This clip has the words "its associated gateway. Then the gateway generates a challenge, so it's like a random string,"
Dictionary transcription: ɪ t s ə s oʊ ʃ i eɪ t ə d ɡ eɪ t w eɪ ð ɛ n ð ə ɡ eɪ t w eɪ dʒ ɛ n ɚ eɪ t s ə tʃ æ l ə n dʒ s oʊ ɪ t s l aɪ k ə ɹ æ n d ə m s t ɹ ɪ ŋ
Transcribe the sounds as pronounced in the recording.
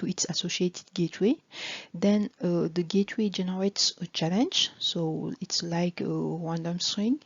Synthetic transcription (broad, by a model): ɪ t s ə s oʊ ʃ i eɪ t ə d ɡ eɪ t w eɪ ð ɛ n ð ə ɡ eɪ t w eɪ dʒ ɛ n ɚ eɪ t s ə tʃ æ l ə n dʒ s oʊ ɪ t s l aɪ k ə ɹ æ n d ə m s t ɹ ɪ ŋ